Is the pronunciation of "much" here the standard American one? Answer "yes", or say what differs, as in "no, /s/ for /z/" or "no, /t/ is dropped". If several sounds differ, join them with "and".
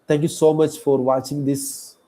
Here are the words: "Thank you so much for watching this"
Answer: yes